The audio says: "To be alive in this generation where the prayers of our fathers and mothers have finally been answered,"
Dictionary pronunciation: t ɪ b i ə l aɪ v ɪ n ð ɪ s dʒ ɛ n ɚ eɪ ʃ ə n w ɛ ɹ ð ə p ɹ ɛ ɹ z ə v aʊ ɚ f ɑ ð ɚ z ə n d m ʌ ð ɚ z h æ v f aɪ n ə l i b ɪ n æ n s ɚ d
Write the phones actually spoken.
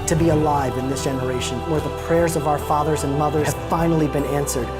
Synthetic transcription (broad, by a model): t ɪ b i ə l aɪ v ɪ n ð ɪ s dʒ ɛ n ɚ eɪ ʃ ə n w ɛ ɹ ð ə p ɹ ɛ ɹ z ə v aʊ ɚ f ɑ ð ɚ z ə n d m ʌ ð ɚ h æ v f aɪ n l i b ɪ n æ n s ɚ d